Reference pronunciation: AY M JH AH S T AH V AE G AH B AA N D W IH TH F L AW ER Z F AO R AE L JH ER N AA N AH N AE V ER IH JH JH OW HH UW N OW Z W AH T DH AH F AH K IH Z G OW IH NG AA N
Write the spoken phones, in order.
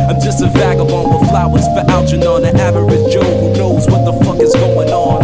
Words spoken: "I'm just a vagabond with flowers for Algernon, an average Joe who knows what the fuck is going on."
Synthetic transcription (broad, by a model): AY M JH AH S T AH V AE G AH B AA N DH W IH F L AW ER Z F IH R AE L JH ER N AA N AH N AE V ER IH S JH OW HH UW N OW Z W AH T DH AH F AH K IH Z G OW IH NG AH N